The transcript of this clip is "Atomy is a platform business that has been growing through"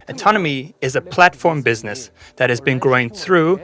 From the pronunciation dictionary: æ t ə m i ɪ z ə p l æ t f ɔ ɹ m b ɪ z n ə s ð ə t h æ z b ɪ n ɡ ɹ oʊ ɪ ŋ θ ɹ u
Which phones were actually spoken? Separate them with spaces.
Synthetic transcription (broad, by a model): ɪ t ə m i ɪ z ə p l æ t f ɔ ɹ m b ɪ z n ə s ð ə t h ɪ z b ɪ n ɡ ɹ oʊ ɪ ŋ θ ɹ u